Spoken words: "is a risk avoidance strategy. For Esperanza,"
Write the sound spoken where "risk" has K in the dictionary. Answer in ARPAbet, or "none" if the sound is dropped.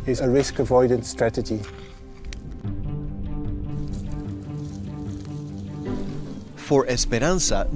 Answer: K